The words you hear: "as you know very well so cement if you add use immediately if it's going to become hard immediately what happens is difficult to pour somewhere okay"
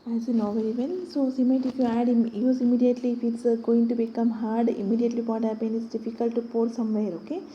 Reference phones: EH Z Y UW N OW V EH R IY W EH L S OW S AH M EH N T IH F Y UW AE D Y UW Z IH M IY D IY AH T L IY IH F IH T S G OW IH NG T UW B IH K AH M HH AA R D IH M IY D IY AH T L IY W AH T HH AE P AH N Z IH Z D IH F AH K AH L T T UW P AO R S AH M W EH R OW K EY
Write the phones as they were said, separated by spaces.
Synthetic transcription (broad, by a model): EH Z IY N OW V EH R IY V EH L S OW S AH M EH T IH F Y UW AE D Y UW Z IH M IY D IY AH T L IY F IH T S G OW IH NG T UW B IH K AH M HH AA R D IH M IY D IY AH T L IY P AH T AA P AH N IH S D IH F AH K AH L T T UW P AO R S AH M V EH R OW K EY